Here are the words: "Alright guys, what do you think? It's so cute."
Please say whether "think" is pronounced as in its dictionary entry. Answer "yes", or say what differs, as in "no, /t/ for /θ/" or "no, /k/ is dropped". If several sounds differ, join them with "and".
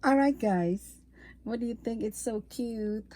yes